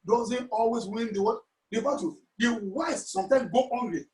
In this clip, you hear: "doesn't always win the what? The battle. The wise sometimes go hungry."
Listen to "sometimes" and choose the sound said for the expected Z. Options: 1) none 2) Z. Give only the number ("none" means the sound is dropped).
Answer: 1